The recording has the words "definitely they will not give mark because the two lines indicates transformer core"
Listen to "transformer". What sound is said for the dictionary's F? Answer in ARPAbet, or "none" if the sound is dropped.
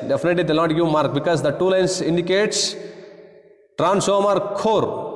none